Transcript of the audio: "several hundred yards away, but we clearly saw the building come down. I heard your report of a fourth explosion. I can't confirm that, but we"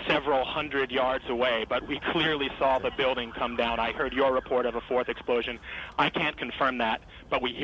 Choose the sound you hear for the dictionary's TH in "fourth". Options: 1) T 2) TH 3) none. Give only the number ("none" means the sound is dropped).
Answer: 2